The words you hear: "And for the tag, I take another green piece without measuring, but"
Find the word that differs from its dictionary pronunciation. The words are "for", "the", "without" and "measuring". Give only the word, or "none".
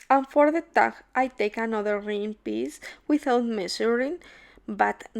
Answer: measuring